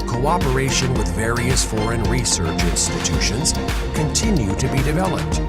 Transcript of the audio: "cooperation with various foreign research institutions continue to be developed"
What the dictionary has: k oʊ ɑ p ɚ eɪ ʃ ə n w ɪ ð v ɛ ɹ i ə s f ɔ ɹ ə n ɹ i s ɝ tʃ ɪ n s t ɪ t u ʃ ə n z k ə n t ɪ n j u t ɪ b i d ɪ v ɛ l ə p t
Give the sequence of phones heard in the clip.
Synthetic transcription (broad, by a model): k oʊ ɑ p ɚ eɪ ʃ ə n w ɪ ð v ɛ ɹ i ə s f ɔ ɹ ə n ɹ i s ɝ tʃ ɪ n s t ɪ t u ʃ ə n z k ə n t ɪ n j u t ɪ b i d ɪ v ɛ l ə p t